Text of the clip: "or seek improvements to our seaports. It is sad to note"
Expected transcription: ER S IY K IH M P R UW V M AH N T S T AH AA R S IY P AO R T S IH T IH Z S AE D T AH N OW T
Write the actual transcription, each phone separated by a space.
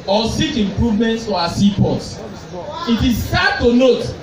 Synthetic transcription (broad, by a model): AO S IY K IH M P R UW V M AH N T S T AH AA S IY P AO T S IH T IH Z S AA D T AH N OW T